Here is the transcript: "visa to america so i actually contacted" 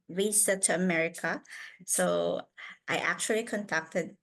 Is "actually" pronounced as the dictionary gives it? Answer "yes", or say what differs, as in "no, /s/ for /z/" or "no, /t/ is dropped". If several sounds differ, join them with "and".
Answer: yes